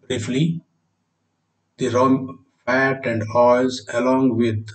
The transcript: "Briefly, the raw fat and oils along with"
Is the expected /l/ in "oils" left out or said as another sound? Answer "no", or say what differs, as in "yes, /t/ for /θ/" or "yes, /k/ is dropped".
yes, /l/ is dropped